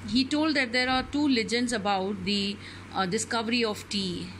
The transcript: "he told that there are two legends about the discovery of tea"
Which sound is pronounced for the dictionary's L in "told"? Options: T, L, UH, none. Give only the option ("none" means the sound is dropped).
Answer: L